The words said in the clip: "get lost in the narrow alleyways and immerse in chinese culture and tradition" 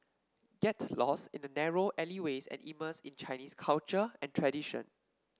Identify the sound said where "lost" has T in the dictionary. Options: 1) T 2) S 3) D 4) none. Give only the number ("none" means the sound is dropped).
4